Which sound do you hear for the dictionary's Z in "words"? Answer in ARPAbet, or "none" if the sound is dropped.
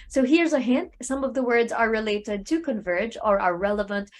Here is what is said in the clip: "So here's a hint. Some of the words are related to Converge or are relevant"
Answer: Z